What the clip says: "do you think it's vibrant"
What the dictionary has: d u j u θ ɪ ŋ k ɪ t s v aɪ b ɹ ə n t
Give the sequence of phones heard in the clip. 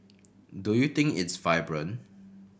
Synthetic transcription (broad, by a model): d u j u t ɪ ŋ k ɪ t s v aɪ b ɹ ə n